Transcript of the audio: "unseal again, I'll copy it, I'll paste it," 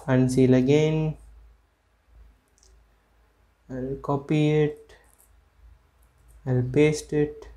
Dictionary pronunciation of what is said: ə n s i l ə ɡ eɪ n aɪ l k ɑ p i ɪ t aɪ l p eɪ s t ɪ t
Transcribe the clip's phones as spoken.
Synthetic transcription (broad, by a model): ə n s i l ə ɡ eɪ n aɪ l k ɑ p i ɪ t aɪ l p eɪ s t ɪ t